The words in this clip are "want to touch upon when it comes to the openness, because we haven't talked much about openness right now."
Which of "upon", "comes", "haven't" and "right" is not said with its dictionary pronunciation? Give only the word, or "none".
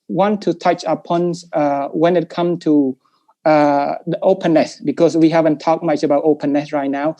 comes